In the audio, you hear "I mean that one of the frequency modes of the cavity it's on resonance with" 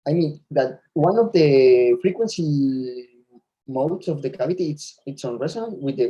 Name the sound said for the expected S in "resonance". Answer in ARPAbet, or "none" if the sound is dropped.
none